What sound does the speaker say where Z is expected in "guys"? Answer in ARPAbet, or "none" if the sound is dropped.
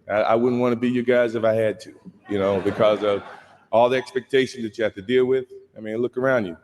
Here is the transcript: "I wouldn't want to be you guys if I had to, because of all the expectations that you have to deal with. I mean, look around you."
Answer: Z